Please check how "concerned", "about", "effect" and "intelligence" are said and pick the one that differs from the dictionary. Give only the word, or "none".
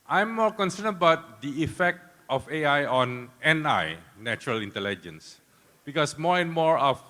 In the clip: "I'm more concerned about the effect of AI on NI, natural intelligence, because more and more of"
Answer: concerned